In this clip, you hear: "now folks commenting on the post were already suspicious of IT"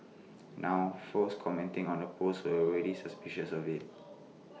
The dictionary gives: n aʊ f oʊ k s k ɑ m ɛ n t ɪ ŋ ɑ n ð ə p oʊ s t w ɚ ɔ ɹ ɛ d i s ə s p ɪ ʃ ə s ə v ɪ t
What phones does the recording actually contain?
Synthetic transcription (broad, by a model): n aʊ f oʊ s k ɑ m ɛ n t ɪ ŋ ɑ n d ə p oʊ s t w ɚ ɔ ɹ ɛ d i s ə s p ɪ ʃ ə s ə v ɪ t